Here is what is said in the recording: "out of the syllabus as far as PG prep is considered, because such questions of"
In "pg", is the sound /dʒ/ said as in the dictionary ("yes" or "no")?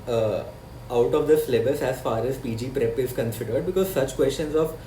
yes